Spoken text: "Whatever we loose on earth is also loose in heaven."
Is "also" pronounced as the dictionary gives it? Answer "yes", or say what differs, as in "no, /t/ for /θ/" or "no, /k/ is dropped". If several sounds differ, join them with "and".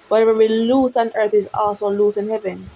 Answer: no, /l/ is dropped